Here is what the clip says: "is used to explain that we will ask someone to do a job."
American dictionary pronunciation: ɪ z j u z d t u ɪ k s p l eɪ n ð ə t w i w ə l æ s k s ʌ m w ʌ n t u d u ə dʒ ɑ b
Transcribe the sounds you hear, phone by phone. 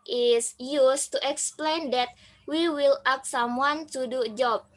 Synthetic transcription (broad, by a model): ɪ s j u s t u ɪ k s p l eɪ n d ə t w i w ə l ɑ k s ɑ m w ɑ n t u d u dʒ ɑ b